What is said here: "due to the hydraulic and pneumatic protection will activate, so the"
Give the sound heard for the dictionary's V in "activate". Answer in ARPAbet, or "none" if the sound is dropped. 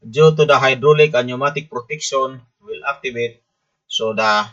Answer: B